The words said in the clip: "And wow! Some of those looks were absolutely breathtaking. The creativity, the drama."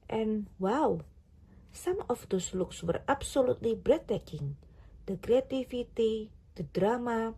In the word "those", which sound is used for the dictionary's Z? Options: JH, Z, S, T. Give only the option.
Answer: S